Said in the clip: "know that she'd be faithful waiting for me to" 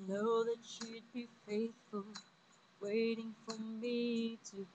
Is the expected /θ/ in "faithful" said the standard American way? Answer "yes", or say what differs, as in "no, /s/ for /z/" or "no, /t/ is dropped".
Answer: yes